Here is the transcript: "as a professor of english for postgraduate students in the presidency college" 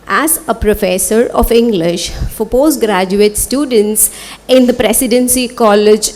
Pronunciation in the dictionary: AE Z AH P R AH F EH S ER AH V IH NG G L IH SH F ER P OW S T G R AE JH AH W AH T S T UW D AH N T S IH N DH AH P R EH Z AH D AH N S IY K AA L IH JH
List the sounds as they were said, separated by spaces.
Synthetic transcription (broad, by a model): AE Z AH P R AH F EH S ER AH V IH NG G L IH SH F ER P OW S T G R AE JH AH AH T S T UW D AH N T S IH N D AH P R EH S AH D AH N S IY K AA L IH JH